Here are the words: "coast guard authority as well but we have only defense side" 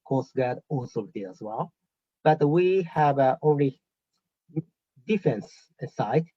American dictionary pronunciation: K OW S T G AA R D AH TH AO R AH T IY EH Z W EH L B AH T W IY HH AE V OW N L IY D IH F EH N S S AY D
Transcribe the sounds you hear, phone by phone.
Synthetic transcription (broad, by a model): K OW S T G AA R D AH S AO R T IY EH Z W EH L B AH T W IY HH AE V OW N L IY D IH F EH N S S AY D